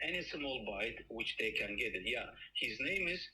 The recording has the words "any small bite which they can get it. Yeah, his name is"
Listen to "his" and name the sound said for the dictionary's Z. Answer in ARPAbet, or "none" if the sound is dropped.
Z